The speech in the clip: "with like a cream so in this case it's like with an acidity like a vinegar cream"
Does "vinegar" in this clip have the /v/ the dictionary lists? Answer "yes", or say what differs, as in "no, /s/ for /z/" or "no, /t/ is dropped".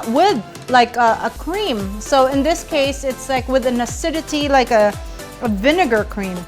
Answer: yes